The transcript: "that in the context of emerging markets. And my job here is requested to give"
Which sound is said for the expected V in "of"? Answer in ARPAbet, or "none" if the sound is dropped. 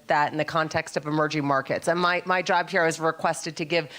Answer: V